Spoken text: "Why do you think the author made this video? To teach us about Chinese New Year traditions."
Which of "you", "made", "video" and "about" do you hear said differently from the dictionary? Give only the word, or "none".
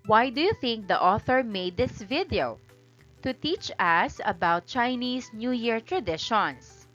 none